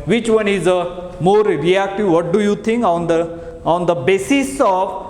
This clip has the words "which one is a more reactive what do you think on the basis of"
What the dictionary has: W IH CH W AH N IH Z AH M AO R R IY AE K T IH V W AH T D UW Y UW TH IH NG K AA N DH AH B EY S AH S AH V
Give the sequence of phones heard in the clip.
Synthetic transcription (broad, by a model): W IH CH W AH N IH Z AH M AO R R IY AE K T IH V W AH T D UW Y UW T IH NG K AA N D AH B EY S AH S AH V